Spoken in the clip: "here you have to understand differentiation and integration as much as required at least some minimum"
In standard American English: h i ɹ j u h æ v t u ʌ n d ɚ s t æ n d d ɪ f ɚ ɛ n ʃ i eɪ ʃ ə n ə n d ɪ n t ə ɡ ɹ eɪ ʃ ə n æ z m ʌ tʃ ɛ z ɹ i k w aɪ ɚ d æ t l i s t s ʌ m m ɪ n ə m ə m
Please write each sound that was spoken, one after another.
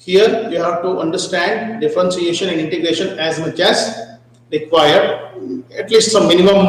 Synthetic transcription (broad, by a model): h i ɹ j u h æ v t u ʌ n d ɚ s t æ n d d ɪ f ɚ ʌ n s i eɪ ʃ ə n ə n d ɪ n t ə ɡ ɹ eɪ ʃ ə n æ z m ʌ tʃ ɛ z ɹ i k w aɪ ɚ d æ t l i s t s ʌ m m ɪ n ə m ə m